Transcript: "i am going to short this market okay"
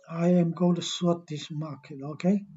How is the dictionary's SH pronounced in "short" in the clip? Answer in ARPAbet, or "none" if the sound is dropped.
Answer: S